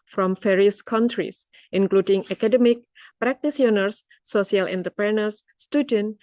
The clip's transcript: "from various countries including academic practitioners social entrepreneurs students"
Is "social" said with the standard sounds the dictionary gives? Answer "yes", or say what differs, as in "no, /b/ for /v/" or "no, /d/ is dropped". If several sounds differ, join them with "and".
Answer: no, /s/ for /ʃ/